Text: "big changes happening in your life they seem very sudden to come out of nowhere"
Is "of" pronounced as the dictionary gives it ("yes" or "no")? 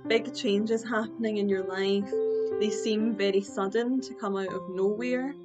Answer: yes